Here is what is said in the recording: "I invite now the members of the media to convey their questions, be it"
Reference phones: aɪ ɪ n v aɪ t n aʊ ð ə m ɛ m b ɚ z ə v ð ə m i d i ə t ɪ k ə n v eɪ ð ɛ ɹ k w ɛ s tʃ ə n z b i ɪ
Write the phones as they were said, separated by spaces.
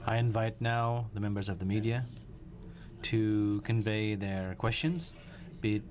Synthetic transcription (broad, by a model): aɪ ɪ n v aɪ t n aʊ ð ə m ɛ m b ɚ z ə v ð ə m i d i ə t ɪ k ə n v eɪ ð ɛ ɹ k w ɛ s tʃ ə n z b i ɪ